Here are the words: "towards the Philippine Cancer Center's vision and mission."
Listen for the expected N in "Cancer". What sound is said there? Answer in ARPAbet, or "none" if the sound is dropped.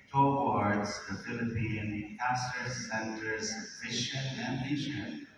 none